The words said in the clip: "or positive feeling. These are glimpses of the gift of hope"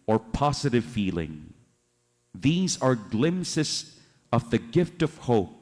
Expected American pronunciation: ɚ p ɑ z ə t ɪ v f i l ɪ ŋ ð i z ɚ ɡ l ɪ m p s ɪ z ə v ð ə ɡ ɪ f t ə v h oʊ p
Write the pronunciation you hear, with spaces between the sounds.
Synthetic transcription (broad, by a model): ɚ p ɑ z ə t ɪ v f i l ɪ ŋ ð i z ɚ ɡ l ɪ m s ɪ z ə v ð ə ɡ ɪ f t ə v h oʊ p